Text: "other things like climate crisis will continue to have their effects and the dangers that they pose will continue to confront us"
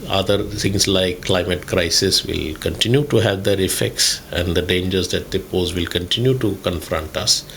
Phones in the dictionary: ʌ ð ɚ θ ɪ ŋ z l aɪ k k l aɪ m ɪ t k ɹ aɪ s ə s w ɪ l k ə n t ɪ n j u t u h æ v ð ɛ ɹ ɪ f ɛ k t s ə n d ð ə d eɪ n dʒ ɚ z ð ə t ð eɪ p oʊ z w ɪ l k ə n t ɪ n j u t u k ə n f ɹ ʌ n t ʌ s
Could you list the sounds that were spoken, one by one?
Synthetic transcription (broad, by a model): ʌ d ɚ t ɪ ŋ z l aɪ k k l aɪ m ɪ t k ɹ aɪ s ə s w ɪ l k ə n t ɪ n j u t u h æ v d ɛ ɹ ɪ f ɛ k t s ə n d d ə d eɪ n dʒ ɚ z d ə t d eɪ p oʊ z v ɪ l k ə n t ɪ n j u t u k ə n f ɹ ʌ n t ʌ s